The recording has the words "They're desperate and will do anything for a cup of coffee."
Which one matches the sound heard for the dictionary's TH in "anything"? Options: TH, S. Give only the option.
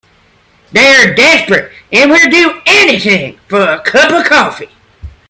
TH